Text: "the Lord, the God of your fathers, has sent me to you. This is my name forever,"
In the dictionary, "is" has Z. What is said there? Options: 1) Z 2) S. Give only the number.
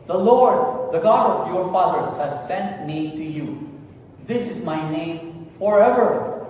1